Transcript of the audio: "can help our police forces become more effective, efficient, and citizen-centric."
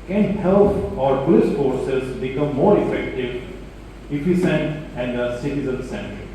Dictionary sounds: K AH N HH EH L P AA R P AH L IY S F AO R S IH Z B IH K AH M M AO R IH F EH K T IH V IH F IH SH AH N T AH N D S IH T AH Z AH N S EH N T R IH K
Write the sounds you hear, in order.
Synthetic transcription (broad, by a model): K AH N HH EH L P AA R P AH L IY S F AO R S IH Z B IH K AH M M AO R IH F EH K T IH V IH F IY S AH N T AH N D S IH T AH Z AH N S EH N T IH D